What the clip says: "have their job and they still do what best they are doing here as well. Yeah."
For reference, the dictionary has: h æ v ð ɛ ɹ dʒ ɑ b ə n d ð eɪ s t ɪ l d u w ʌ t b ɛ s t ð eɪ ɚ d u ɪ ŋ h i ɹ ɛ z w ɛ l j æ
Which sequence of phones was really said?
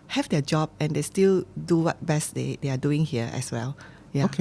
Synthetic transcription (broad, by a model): h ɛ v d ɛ dʒ ɑ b ə n d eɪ s t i l d u w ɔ t b ɛ s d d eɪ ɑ d u ɪ ŋ h i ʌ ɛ s w ɛ l j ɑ